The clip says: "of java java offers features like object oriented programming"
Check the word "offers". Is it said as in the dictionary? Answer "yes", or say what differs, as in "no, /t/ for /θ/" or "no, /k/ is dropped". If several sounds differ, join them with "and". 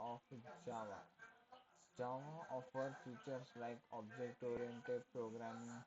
no, /z/ is dropped